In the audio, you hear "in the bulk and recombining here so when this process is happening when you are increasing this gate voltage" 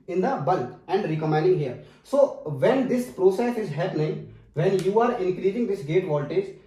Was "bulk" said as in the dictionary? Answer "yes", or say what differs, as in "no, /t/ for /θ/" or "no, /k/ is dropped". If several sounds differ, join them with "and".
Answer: no, /k/ is dropped